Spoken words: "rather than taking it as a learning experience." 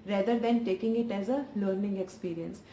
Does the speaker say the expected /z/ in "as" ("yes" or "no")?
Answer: yes